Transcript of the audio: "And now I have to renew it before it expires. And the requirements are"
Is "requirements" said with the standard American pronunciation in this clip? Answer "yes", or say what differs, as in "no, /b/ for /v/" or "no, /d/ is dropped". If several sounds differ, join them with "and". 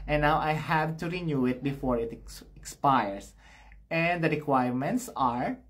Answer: yes